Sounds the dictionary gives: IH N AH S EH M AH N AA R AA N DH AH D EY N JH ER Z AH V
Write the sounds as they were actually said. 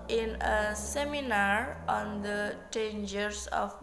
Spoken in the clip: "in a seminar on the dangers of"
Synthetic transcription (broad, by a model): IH N AH S EH M AH N AA R AA N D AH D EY N JH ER S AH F